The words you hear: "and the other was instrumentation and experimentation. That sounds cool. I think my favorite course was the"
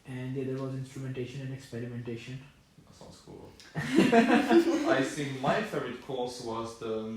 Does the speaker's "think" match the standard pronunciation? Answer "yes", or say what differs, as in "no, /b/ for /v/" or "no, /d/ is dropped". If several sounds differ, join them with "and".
no, /s/ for /θ/